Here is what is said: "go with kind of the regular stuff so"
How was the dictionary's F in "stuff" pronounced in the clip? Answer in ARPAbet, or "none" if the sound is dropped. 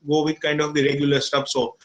P